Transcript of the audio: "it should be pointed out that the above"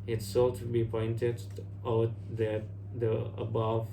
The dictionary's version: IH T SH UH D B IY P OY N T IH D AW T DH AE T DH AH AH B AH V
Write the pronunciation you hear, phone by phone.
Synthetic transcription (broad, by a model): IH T S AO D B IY P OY N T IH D AW T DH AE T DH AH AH B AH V